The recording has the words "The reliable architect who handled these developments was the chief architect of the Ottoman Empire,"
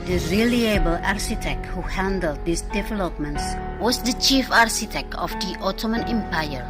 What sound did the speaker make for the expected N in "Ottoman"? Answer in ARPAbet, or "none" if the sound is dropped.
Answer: N